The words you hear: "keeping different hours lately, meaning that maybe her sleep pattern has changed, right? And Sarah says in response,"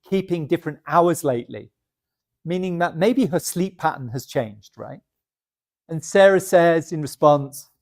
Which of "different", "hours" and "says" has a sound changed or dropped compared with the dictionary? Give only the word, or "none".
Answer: none